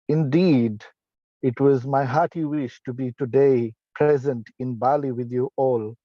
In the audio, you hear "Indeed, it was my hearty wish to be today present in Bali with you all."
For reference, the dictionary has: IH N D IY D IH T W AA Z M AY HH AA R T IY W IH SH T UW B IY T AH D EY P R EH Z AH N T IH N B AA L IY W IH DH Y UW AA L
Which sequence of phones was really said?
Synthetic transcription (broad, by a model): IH N D IY D IH T W AA Z M AY HH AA T IY W IH SH T UW B IY T AH D EY P R EH Z AH N T IH N B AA L IY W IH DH Y UW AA L